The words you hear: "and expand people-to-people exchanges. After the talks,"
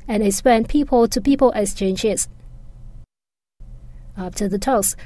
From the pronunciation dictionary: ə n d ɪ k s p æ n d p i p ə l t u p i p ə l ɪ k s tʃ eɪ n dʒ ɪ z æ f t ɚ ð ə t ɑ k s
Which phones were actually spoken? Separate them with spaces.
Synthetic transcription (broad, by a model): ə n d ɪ s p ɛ n p i p ə l t u p i p ə l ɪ k s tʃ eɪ n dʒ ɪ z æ f t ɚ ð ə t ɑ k s